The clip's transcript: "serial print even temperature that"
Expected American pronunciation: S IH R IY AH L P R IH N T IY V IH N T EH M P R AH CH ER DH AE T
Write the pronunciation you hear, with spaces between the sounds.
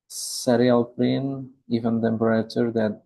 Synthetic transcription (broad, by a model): S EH R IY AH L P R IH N IY V IH N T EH M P R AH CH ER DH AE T